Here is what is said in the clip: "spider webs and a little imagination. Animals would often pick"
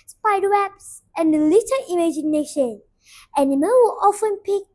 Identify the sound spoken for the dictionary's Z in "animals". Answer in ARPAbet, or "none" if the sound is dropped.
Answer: none